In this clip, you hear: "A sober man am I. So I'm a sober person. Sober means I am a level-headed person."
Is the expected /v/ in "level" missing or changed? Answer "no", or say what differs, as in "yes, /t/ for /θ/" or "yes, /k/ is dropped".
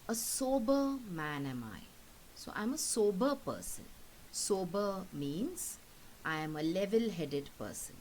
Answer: no